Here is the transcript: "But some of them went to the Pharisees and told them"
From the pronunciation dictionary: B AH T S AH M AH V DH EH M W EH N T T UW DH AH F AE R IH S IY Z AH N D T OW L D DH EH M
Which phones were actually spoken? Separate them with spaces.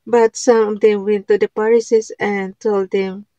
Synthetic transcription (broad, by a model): B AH T S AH M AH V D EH M W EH N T T UW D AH P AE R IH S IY S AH N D T OW L D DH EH M